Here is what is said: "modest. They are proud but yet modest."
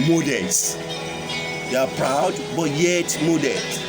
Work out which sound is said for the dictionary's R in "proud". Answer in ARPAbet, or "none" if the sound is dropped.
R